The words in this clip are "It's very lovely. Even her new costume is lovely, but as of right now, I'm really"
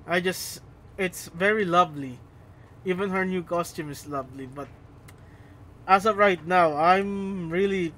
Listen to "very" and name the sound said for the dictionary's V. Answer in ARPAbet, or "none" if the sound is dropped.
V